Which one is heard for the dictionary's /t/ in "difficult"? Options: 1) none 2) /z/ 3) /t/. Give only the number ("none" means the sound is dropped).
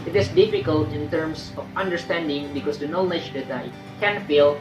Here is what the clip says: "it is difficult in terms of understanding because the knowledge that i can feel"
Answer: 3